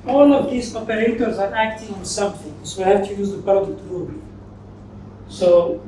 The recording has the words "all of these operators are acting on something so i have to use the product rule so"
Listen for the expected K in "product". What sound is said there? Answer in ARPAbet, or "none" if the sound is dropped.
none